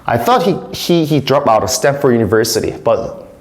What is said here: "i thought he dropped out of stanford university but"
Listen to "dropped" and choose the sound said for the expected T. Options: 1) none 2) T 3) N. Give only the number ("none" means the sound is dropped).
1